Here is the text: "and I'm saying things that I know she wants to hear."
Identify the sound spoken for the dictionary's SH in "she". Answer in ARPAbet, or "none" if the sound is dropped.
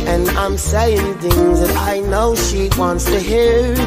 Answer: SH